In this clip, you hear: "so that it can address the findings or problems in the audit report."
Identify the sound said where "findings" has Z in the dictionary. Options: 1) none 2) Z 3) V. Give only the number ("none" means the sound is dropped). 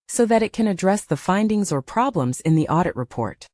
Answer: 2